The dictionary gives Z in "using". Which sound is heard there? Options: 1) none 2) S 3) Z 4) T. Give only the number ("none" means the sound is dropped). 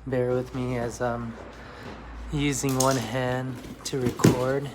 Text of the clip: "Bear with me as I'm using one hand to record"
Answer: 3